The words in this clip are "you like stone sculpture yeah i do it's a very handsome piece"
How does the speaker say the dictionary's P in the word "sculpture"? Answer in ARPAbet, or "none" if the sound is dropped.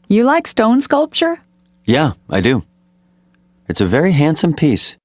P